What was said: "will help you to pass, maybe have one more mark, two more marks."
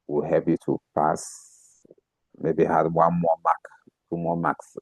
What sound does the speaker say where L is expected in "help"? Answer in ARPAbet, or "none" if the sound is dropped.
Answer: none